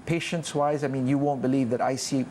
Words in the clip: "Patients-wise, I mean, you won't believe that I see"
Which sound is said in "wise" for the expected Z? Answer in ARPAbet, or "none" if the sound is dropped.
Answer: Z